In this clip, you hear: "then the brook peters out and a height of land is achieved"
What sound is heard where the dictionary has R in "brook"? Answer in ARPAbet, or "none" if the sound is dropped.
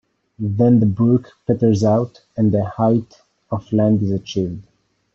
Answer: none